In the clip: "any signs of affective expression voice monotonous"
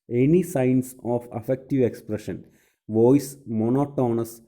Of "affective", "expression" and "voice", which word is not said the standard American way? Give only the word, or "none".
none